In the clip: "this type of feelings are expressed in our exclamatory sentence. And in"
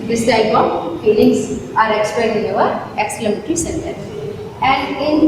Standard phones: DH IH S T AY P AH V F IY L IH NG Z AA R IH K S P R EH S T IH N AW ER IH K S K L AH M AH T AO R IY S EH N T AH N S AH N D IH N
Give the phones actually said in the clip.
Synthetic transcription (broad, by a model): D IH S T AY B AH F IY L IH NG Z AA R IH K S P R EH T IH N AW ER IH K S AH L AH M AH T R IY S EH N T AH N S AH N D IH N